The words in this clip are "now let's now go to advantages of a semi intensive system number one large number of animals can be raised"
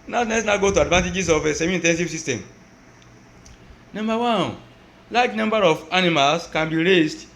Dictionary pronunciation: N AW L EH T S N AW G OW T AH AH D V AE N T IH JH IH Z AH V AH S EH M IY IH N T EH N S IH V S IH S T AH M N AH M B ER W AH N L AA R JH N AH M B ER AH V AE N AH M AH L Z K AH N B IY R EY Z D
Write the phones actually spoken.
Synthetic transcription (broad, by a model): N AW N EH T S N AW G OW T AH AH D V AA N T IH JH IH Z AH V AH S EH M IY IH N T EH N S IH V S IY S T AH M N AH M B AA W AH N L AA JH N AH M B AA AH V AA N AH M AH L S K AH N B IY R EY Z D